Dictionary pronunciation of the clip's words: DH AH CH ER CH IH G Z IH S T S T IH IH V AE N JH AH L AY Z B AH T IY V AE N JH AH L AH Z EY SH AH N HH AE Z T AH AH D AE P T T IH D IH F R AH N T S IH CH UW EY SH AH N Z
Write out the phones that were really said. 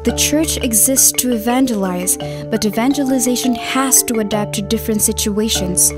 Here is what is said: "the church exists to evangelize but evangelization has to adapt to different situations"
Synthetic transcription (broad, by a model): DH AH CH ER CH IH G Z IH S T S T IH IH V AE N JH AH L AY Z B AH T IY V AE N JH AH L AH Z EY SH AH N HH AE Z T AH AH D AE P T T IH D IH F R AH N T S IH CH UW EY SH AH N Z